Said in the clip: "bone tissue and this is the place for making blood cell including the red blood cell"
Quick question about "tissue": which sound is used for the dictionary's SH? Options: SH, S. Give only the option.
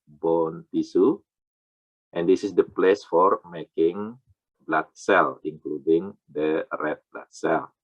S